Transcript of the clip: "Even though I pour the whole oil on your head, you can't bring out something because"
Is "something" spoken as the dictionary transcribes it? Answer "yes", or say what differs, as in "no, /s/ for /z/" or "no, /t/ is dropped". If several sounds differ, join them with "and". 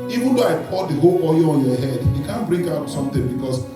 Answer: no, /t/ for /θ/